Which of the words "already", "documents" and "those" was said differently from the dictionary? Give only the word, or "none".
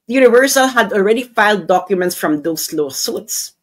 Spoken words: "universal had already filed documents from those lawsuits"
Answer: those